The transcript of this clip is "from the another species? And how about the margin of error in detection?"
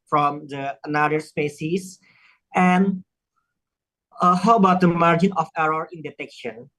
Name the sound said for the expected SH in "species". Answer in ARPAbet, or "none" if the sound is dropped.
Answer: S